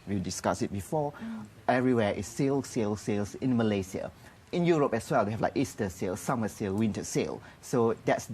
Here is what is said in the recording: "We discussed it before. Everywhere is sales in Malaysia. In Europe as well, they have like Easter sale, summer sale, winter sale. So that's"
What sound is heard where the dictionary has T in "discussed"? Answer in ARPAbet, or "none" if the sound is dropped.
none